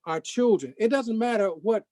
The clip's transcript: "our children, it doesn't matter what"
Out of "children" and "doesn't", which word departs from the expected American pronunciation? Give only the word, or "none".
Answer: none